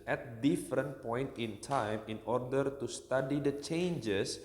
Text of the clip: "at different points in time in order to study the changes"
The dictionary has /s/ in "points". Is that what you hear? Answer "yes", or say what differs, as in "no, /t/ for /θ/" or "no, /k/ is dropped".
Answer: no, /s/ is dropped